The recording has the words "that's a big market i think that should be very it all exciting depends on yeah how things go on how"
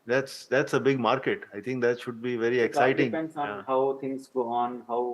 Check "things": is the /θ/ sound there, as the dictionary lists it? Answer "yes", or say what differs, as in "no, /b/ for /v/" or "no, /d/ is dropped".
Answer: no, /t/ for /θ/